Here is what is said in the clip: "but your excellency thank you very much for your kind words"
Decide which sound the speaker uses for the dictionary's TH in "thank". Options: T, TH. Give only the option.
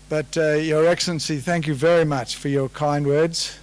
TH